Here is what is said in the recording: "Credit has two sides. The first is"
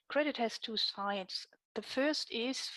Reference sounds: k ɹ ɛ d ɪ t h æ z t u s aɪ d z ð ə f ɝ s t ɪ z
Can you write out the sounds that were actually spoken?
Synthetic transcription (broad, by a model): k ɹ ɛ d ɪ t h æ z t u s aɪ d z ð ə f ɝ s t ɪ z